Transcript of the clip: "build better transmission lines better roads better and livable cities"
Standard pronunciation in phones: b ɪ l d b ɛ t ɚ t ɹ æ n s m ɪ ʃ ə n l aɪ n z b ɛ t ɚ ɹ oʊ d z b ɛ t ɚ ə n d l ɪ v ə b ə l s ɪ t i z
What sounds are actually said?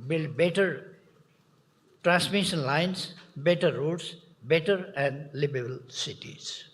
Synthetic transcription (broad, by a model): b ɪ l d b ɛ t ɚ t ɹ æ n s m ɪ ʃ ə n l aɪ n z b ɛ t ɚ ɹ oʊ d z b ɛ t ɚ ə n d l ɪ b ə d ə l s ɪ t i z